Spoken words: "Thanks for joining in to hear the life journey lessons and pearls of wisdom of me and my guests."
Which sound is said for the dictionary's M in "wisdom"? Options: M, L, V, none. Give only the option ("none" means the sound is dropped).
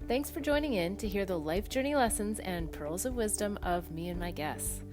M